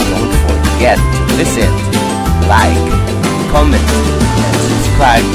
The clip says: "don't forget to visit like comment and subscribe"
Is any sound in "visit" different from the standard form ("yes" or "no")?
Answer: yes